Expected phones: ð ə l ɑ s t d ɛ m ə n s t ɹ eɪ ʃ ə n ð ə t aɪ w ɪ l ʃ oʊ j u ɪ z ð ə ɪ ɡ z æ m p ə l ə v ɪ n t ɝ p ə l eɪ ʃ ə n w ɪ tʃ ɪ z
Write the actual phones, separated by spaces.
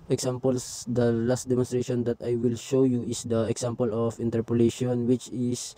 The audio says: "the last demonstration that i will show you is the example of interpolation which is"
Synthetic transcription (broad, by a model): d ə l ɑ s t d ɛ m ə n s t ɹ eɪ ʃ ə n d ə t aɪ w ɪ l ʃ oʊ j u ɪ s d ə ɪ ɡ s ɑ m p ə l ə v ɪ n t ɝ p ə l eɪ ʃ ə n w ɪ tʃ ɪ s